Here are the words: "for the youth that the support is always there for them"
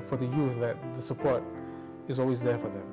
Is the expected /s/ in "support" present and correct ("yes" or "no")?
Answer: yes